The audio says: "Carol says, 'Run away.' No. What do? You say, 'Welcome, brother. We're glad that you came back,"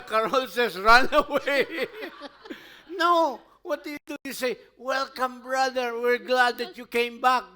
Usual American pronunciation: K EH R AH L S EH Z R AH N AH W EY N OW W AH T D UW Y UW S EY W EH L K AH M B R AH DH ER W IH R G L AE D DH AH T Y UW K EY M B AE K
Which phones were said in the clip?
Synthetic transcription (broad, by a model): K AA R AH L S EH S R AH N AH W EY N OW W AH T D UW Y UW S EY W EH L K AH M B R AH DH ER W IH R G L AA D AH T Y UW K EY M B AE K